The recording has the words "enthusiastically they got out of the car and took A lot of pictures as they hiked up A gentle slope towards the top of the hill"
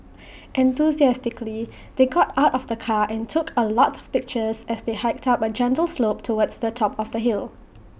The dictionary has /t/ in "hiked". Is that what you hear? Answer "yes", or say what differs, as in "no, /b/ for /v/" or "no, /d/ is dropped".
yes